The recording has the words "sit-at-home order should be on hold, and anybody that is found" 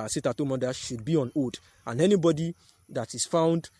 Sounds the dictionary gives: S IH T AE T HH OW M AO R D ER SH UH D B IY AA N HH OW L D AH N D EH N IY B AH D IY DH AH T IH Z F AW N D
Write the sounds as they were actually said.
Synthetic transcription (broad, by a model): S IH T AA T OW M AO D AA SH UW D B IY AA N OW D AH N EH N IY B AH D IY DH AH T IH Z F AW N D